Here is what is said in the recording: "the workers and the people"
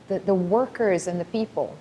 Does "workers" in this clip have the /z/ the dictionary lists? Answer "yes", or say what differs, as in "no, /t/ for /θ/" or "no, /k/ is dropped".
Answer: yes